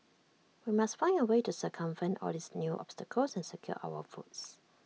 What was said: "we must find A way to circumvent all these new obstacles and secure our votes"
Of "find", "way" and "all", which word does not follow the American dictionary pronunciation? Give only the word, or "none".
find